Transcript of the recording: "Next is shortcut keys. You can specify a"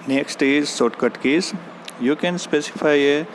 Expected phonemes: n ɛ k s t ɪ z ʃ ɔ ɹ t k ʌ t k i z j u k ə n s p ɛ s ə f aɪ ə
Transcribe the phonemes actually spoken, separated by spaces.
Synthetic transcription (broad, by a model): n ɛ k s t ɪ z s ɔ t k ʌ t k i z j u k ə n s p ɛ s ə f aɪ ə